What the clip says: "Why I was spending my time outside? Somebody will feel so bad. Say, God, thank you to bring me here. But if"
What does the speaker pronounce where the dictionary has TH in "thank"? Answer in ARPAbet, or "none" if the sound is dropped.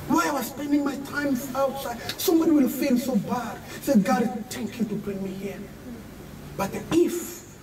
T